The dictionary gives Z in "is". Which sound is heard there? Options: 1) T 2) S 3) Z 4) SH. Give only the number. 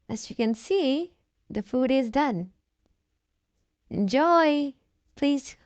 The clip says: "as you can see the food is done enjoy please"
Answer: 3